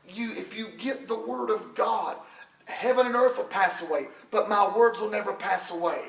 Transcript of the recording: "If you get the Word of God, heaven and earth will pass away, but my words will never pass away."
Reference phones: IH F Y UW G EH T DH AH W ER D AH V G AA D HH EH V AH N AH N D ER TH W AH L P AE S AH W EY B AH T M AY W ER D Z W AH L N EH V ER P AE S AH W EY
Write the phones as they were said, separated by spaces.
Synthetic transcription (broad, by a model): IH F Y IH G EH T DH AH W ER D AH V G AA D HH EH V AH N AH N ER TH W AH L P AE S AH W EY B AH T M AY W ER D Z W AH L N EH V ER P AE S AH W EY